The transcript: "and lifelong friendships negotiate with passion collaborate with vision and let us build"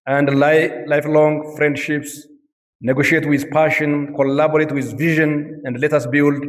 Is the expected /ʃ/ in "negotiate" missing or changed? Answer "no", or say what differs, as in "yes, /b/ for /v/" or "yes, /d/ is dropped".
no